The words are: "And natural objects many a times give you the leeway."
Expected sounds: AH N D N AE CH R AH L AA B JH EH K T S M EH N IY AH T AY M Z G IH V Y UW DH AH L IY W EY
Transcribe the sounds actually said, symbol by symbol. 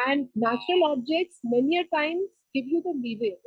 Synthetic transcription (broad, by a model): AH N D N AE CH R AH L AA B JH EH K T S M EH N IY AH T AY M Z G IH V Y UW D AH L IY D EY